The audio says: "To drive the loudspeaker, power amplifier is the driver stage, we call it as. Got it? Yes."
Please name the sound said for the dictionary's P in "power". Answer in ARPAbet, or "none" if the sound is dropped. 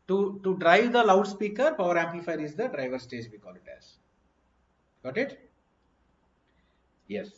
P